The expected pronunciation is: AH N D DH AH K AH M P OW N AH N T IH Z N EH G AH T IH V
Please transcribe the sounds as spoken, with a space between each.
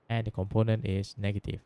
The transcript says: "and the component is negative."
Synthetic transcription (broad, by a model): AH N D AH K AH M P OW N AH N T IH S N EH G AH T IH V